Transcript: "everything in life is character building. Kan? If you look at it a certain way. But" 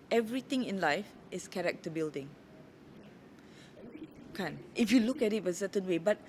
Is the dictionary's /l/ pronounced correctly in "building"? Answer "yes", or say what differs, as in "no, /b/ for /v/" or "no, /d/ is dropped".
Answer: yes